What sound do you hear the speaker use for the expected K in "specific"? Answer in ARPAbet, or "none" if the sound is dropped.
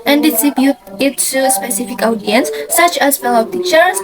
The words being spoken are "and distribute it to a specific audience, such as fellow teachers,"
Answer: K